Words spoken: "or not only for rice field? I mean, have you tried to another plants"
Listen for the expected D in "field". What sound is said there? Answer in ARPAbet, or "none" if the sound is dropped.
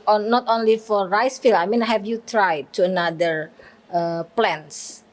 none